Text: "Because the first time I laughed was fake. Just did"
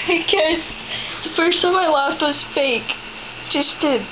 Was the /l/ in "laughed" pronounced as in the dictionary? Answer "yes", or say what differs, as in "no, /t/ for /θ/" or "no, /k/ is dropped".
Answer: no, /w/ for /l/